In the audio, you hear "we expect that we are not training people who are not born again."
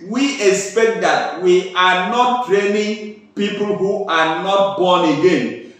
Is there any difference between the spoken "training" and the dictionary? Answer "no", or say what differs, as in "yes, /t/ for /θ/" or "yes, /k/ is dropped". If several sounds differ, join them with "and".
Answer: no